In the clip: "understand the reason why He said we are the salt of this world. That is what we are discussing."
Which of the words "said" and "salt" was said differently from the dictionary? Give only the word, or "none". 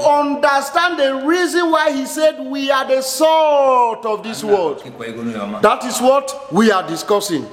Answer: salt